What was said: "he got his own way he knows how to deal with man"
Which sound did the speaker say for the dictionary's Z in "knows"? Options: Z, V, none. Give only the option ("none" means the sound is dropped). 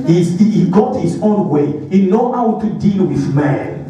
none